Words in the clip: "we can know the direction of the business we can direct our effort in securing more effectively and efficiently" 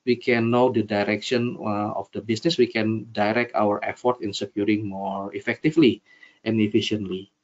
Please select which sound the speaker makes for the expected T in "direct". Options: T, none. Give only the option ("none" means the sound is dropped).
T